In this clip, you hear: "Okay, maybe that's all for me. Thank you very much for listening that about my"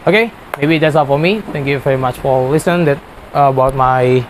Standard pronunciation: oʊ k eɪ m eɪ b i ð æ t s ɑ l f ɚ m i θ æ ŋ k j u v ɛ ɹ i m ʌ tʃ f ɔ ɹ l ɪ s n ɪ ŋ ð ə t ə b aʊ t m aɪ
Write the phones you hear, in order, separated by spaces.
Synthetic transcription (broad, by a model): oʊ k eɪ m eɪ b i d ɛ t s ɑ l f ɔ m i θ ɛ ŋ k j u v ɛ ɹ i m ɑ tʃ f ɔ ɹ l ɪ s ɪ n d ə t ə b aʊ t m aɪ